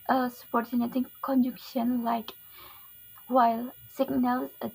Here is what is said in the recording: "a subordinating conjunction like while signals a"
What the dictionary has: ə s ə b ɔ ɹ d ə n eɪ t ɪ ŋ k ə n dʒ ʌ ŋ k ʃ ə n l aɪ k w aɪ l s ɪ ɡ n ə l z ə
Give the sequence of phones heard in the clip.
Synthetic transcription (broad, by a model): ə s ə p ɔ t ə n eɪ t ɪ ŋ k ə n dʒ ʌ k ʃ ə n l aɪ k w aɪ l s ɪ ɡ n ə l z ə